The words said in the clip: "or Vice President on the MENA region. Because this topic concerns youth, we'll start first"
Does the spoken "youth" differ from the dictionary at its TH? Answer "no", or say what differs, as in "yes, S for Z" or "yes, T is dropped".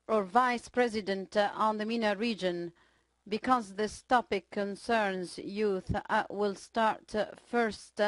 no